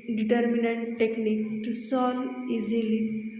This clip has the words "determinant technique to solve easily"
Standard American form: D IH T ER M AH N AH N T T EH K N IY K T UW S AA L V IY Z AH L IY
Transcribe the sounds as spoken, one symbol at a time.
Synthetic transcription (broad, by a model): D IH T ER M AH N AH N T T EH K N IY K T UW S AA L IY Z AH L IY